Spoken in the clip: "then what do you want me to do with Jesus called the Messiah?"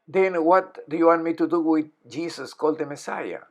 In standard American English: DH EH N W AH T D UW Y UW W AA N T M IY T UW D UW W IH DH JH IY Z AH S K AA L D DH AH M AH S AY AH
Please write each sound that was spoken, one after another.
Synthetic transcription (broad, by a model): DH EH N W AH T D UW Y UW W AA N T M IY T UW D UW W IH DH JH IY S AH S K AA L D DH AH M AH S AY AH